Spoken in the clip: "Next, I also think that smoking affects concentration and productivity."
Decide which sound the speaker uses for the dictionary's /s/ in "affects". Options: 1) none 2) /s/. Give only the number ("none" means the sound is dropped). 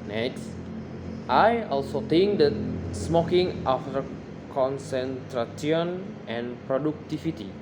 1